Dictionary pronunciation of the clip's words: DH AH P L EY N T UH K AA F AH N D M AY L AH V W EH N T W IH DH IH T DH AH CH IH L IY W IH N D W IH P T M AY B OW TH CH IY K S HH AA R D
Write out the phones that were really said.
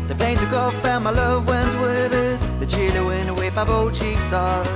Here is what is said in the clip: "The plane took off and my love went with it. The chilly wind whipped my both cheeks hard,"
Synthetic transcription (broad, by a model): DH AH P L EY N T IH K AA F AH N M AY L AH V W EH N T W IH DH IH T DH AH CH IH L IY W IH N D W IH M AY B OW CH IY K S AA